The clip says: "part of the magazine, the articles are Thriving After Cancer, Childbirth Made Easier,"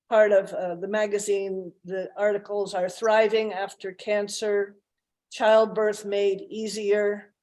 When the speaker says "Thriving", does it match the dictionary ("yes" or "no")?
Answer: yes